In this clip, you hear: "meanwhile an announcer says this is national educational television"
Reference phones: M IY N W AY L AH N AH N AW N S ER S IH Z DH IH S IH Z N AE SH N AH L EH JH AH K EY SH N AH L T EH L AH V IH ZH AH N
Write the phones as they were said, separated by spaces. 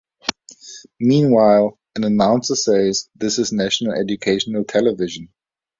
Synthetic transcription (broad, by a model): M IY N W AY L AH N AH N AW N S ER S IH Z DH IH S IH Z N AE SH N AH L EH JH AH K EY SH N AH L T EH L AH V IH ZH AH N